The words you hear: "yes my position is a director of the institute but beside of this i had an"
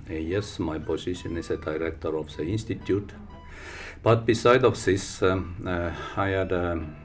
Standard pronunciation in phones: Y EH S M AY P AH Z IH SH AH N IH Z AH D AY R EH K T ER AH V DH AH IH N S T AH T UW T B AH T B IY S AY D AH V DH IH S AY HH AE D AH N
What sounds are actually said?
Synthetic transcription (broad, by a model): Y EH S M AY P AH S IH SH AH N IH S AH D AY R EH K T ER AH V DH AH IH N S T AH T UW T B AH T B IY S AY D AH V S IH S AY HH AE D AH